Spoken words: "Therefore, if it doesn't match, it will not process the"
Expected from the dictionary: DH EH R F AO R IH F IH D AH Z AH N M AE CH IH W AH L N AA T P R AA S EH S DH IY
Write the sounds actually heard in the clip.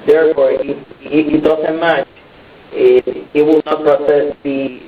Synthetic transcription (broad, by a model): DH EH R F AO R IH IH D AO S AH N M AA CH IH W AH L N AA T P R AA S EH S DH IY